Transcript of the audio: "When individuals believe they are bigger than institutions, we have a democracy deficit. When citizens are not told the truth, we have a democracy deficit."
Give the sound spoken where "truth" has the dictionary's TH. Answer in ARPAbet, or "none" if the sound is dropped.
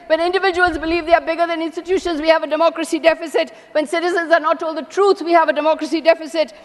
S